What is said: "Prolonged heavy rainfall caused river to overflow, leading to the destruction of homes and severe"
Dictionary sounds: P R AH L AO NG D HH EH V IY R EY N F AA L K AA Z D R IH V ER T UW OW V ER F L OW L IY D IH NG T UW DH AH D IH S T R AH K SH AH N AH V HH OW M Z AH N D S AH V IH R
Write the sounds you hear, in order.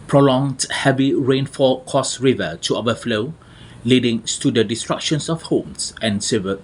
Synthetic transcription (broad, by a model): P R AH L AO NG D HH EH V IY R EY N F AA K AA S R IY V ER T UW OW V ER F L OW L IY D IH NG T UW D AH D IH S T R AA K SH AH N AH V HH OW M S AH N S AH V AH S